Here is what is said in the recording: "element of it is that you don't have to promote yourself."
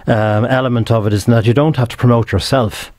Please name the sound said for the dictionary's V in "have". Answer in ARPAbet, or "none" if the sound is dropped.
F